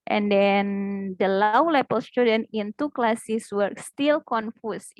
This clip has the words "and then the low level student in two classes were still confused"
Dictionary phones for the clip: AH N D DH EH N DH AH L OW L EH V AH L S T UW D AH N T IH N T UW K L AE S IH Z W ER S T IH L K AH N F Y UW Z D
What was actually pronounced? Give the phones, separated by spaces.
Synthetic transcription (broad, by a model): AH N D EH N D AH L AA L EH P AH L S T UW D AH N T IH N T UW K L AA S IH S W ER S T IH L K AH N F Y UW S